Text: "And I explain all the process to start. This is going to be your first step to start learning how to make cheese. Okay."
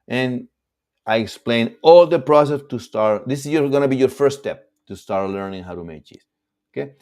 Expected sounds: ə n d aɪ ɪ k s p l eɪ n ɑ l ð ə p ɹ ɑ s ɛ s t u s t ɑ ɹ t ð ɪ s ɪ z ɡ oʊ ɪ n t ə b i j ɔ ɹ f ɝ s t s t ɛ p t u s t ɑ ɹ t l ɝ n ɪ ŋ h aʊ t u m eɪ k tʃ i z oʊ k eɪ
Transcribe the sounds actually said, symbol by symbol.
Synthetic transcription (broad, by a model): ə n aɪ ɪ k s p l eɪ n ɑ l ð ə p ɹ ɑ s ɛ s t u s t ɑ ɹ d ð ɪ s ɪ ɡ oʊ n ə b i j ɔ ɹ f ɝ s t s t ɛ p t u s t ɑ ɹ t l ɝ n ɪ ŋ h aʊ t u m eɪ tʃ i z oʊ k eɪ